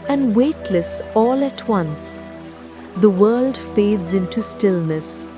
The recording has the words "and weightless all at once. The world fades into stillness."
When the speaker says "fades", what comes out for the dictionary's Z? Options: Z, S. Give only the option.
Z